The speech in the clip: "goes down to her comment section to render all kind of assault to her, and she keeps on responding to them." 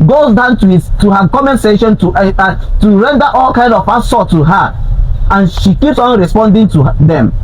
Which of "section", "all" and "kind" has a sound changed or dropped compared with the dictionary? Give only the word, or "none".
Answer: section